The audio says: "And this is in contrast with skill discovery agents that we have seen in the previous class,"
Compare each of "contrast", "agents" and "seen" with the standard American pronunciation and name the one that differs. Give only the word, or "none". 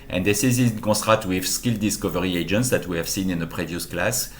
contrast